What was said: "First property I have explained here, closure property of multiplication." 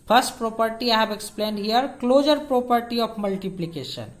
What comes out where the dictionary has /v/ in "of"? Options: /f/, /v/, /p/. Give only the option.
/p/